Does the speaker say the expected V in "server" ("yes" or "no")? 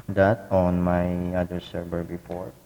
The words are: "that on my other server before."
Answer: no